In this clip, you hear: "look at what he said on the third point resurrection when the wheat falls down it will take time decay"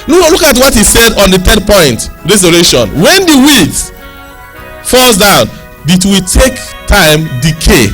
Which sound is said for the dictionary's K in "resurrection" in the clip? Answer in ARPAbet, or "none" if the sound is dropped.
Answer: none